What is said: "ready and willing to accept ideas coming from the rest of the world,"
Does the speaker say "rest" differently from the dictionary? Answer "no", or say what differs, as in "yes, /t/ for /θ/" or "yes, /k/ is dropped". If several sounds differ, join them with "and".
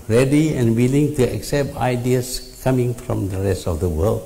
no